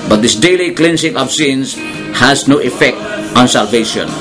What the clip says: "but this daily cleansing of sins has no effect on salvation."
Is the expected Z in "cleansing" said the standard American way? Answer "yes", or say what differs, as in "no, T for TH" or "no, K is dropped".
no, S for Z